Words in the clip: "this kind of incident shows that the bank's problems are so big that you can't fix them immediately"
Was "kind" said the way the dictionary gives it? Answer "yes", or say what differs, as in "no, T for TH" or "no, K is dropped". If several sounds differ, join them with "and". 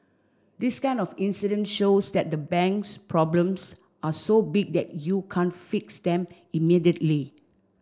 no, D is dropped